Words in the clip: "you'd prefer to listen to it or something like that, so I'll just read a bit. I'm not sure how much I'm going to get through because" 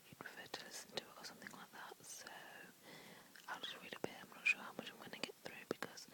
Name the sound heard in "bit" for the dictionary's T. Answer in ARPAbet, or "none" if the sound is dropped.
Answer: none